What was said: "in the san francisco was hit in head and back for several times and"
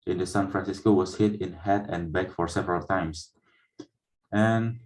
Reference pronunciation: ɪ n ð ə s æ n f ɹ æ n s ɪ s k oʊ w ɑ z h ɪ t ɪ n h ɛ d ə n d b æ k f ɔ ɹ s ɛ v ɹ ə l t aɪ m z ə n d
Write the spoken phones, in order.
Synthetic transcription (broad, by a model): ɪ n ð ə s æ n f ɹ æ n s ɪ s k oʊ w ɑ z h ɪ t ɪ n h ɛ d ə n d b æ k f ɔ ɹ s ɛ v ɹ ə l t aɪ m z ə n